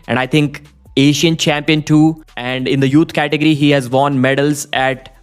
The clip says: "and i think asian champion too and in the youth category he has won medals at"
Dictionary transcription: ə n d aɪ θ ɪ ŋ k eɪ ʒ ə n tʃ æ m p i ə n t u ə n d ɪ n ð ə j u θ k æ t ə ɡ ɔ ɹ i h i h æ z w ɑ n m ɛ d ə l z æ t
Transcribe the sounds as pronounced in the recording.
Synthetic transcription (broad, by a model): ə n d aɪ t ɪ ŋ k eɪ ʃ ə n tʃ æ m p i ə n t u ə n d ɪ n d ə j u t k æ t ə ɡ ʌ ɹ i h i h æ z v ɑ n m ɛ d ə l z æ t